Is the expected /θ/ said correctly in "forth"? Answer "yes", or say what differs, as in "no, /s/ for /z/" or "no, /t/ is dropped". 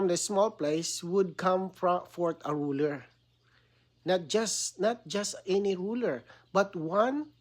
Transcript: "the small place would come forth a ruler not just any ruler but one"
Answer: no, /t/ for /θ/